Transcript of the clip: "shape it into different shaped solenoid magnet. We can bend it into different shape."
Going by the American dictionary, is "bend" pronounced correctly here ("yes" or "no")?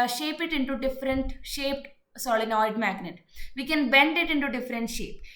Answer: yes